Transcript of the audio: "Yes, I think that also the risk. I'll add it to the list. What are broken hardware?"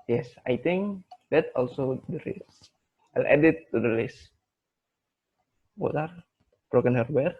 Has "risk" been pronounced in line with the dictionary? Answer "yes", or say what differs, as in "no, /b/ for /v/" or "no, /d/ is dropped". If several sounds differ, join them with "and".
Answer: no, /k/ is dropped